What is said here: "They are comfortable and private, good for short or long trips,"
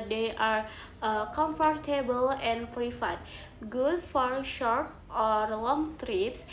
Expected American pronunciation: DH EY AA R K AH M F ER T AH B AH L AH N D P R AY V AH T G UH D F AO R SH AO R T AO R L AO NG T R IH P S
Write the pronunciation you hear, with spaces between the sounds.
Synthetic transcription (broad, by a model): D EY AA R K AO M F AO T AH B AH L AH N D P R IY F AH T G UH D F AO R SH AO R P AO R L AO NG T R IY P S